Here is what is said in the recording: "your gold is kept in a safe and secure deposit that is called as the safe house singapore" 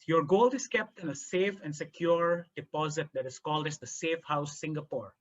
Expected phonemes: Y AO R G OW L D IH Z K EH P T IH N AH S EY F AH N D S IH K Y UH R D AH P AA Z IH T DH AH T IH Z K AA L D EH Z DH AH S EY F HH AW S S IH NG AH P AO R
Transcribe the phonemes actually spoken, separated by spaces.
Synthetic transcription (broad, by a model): Y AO R G OW L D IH S K EH P T IH N AH S EY F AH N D S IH K Y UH R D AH P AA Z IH T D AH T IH S K AA L D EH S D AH S EY F HH AW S S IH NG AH P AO R